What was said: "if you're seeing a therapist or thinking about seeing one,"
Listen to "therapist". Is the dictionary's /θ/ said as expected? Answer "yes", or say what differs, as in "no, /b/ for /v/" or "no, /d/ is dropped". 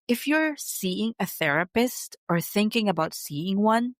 yes